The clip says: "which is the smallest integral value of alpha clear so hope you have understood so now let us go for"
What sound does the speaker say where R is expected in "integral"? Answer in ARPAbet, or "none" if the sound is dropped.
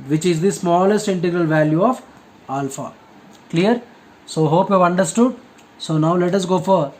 R